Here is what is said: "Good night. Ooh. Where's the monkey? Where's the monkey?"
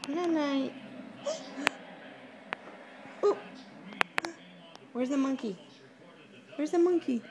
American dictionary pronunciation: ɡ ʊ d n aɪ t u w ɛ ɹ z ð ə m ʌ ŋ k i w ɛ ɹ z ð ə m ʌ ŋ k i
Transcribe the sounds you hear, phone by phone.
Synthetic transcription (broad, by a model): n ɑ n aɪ u w ɛ ɹ z ð ə m ʌ ŋ k i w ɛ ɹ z ð ə m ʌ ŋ k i